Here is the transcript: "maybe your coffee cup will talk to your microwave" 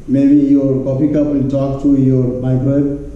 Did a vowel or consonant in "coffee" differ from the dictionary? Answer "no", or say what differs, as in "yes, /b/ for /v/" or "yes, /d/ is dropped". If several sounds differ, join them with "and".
yes, /p/ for /f/